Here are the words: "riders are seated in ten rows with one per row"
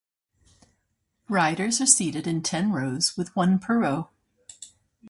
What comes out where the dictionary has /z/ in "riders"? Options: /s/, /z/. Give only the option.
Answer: /z/